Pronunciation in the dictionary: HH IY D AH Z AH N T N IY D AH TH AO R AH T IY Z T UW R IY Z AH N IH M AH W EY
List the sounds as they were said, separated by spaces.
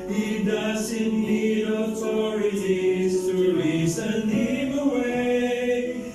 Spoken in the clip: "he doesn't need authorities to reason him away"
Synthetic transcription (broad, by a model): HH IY D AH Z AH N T L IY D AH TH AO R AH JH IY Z T UW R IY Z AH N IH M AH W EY